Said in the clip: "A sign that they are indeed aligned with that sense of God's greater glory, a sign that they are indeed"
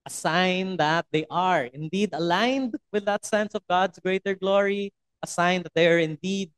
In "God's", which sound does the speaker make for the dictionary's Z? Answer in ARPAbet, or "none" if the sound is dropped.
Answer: S